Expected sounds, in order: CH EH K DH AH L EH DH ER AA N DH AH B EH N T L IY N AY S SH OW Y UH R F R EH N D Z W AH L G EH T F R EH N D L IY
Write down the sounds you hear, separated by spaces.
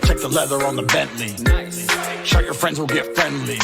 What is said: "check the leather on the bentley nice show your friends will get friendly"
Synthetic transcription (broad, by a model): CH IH K DH AH L EH DH ER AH N DH AH B EH N T L IY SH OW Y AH R F R EH N D Z W AH L G EH T F R EH N D L IY